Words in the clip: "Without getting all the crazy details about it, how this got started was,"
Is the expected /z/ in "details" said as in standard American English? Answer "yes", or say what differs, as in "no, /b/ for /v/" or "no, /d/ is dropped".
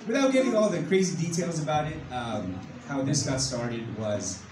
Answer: yes